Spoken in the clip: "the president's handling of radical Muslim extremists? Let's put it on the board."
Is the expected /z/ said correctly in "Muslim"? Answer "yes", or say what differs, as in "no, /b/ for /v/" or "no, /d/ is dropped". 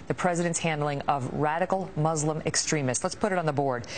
yes